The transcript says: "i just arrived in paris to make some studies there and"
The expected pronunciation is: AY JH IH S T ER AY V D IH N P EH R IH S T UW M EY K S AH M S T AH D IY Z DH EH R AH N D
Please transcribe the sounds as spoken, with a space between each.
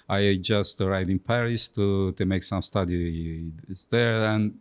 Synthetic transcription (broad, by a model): AY JH IH S T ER AY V IH N P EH R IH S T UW M EY K S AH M S T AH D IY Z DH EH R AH N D